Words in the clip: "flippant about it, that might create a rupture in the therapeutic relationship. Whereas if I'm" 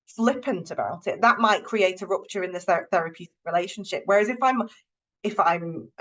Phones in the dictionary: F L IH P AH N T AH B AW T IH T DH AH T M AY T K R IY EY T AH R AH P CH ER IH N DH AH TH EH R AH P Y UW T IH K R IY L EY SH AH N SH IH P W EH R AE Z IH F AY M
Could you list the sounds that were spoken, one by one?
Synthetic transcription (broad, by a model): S L IH P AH N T AH B AW T IH T DH AH T M AY T K R IY EY T AH R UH P CH ER IH N DH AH TH EH R AH P Y UW T IH K R IY L EY SH AH N SH IH P W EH R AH Z IH F AY M